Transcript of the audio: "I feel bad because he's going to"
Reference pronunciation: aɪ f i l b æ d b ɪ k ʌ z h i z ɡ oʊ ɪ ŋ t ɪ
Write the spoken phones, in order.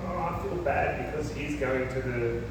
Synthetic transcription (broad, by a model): aɪ f i l b æ d b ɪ k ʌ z h i z ɡ oʊ ɪ ŋ t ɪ